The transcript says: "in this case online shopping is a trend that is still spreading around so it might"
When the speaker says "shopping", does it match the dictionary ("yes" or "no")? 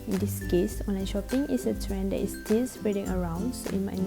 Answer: yes